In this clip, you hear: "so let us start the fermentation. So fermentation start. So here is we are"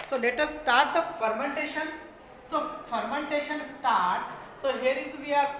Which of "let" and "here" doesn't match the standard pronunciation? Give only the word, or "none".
none